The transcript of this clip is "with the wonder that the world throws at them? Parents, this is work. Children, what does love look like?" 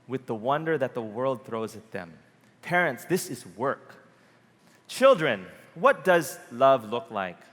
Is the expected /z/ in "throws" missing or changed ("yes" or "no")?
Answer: no